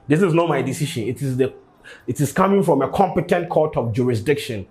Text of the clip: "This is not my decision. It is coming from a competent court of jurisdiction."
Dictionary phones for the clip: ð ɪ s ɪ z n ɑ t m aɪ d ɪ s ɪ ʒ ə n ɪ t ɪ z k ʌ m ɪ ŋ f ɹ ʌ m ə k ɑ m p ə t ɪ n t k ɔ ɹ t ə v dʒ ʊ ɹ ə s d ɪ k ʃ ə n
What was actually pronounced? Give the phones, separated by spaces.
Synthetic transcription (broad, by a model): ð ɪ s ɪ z n ɑ t m aɪ d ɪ s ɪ ʃ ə n ɪ t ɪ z k ʌ m ɪ ŋ f ɹ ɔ m ə k ɑ m p ə t ɪ n t k ɔ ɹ t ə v dʒ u ɹ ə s d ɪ k ʃ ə n